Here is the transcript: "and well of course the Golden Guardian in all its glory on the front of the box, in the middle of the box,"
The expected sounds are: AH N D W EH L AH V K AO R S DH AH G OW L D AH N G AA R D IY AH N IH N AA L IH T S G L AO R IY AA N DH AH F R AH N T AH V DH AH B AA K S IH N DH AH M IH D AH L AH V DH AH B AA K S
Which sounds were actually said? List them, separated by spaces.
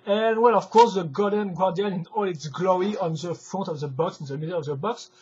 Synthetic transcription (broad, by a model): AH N W EH L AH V K AO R S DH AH G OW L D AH N G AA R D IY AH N IH N AA L IH T S G L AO IY AA N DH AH F R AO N T AH V DH AH B AA K S IH N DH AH M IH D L AH V DH AH B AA K S